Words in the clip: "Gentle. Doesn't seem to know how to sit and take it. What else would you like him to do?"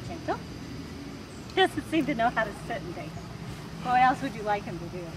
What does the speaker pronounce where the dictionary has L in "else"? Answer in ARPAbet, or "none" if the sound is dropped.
L